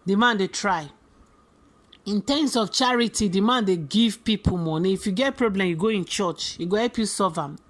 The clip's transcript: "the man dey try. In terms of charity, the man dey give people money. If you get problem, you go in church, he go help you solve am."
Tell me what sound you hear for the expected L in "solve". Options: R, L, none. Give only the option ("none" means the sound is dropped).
none